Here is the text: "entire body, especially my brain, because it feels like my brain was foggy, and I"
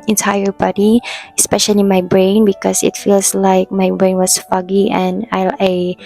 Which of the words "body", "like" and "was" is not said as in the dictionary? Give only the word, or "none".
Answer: was